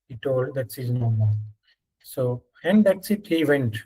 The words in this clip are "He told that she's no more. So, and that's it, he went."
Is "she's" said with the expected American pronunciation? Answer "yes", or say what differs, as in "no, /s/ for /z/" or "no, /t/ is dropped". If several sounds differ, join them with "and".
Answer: no, /s/ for /ʃ/